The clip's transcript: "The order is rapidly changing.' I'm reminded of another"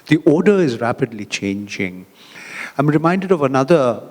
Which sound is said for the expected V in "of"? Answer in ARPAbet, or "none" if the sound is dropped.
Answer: V